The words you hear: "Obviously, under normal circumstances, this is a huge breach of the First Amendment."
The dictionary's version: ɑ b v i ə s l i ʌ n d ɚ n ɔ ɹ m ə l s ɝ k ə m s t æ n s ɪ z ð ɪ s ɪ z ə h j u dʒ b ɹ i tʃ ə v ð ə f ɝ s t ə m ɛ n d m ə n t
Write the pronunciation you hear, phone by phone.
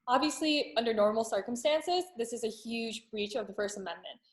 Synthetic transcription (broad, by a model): ɑ b v i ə s l i ʌ n d ɚ n ɔ ɹ m l s ɝ k ə m s t æ n s ɪ z ð ɪ s ɪ z ə h j u dʒ b ɹ i tʃ ə v ð ə f ɝ s t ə m ɛ n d m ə n t